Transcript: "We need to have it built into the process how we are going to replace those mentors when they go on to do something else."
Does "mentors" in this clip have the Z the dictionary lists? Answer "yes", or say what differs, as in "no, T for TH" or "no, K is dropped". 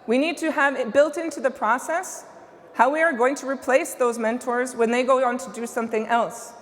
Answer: yes